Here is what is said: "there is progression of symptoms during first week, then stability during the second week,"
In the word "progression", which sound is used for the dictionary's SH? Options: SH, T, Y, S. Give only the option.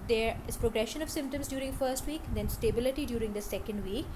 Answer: SH